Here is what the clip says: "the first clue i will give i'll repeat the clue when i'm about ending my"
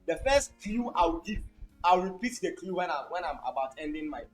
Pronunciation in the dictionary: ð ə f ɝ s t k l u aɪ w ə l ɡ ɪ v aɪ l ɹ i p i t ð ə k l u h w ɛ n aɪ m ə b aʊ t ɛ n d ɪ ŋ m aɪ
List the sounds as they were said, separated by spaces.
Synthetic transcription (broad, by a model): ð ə f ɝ s t k l u aɪ w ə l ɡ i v aɪ w ɹ i p i t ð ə k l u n w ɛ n aɪ m ə b aʊ t ɛ n d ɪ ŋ m aɪ